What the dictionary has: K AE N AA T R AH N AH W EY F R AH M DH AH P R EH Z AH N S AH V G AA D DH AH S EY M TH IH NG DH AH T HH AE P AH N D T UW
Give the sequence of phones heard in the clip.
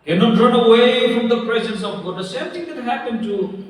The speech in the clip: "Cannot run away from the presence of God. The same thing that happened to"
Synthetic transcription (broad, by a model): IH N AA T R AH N AH W EY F R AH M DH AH P R EH Z AH N S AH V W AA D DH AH S EY M T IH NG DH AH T HH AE P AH N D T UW